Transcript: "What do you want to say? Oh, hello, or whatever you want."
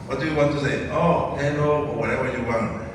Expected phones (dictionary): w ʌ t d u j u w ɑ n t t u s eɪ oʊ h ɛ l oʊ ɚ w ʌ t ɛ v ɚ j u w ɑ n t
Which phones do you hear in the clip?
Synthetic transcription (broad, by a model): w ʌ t d u j u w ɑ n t t u s eɪ oʊ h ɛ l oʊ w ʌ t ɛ w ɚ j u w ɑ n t